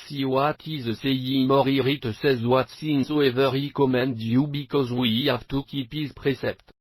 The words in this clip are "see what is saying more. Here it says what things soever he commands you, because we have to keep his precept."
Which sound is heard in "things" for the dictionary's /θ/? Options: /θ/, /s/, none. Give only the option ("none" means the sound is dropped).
/s/